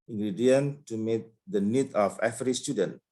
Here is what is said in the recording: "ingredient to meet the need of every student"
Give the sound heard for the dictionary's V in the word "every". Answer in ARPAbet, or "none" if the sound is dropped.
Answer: F